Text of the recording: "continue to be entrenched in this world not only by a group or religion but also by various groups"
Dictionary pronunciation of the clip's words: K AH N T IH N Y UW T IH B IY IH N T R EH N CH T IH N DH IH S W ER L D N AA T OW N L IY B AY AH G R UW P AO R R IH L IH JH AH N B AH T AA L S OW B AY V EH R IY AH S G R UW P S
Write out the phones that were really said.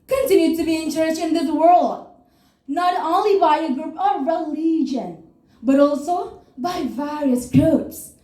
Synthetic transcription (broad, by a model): K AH N T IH N Y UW T IH B IY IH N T R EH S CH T IH N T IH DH W ER L D N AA T OW N L IY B AY AH G R UW P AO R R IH L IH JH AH N B AH T AA L S OW B AY V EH R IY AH S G R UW P S